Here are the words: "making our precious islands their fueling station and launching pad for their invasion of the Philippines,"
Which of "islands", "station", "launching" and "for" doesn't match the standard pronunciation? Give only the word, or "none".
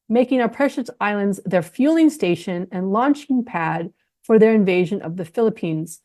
none